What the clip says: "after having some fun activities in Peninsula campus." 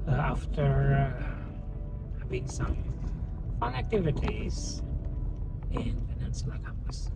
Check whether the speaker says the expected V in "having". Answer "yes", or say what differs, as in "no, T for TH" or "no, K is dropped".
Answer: no, B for V